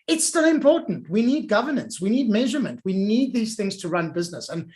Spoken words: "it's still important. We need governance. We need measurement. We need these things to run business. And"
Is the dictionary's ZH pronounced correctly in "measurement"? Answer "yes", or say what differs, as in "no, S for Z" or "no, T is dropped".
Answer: yes